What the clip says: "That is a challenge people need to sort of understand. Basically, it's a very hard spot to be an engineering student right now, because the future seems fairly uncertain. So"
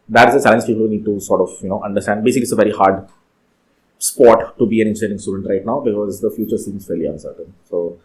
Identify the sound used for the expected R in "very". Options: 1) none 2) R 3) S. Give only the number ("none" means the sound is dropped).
2